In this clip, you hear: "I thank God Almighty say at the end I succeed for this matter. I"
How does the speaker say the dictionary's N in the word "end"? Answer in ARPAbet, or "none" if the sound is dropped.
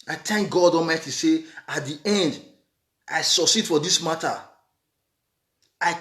N